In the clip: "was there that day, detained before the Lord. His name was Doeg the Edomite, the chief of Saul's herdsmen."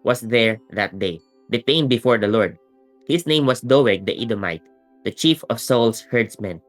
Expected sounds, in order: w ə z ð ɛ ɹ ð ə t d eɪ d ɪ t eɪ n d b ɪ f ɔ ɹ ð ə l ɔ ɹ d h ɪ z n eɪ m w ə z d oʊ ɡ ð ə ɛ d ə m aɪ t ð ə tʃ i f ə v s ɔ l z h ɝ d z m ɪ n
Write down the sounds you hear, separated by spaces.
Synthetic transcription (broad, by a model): w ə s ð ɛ ɹ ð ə t d eɪ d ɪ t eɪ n b ɪ f ɔ ɹ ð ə l ɔ ɹ d h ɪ s n eɪ m w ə s d oʊ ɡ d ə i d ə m aɪ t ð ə tʃ i f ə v s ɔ l s h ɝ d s m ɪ n